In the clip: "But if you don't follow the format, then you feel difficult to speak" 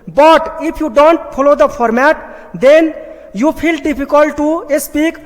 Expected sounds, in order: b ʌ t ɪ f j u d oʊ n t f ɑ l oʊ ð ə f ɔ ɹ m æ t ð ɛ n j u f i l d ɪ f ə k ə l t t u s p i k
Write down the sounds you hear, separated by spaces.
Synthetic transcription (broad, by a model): b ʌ t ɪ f j u d oʊ n t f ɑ l oʊ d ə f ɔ ɹ m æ t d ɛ n j u p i l d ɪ p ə k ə l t t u s p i k